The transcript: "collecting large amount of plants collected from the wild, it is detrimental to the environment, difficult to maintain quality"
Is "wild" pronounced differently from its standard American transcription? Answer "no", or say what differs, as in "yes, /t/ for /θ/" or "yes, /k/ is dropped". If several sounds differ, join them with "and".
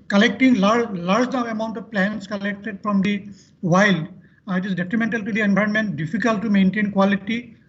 no